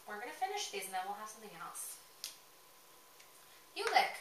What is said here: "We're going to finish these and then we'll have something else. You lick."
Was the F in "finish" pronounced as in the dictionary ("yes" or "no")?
yes